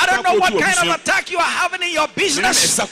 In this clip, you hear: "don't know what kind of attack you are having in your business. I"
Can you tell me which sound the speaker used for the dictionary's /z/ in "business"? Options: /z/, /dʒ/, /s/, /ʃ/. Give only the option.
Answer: /z/